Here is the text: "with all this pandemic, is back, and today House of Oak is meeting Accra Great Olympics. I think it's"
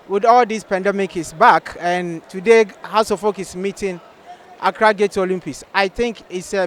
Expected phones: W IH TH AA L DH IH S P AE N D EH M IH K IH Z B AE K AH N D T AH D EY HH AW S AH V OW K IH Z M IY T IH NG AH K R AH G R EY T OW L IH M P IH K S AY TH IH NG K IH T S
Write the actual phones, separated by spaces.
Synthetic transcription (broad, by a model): W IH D AA L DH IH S P AE N D EH M IH K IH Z B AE K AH N T AH D EY HH AW S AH F OW K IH S M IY T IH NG AH K R AH G EY T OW L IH M P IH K S AY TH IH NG K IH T S